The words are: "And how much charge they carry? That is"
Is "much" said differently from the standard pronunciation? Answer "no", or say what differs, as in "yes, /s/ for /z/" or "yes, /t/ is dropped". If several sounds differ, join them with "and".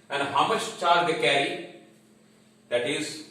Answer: yes, /ʃ/ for /tʃ/